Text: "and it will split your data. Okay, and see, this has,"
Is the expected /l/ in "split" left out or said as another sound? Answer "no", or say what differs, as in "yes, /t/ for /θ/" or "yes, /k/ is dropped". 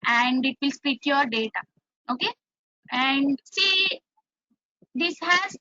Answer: yes, /l/ is dropped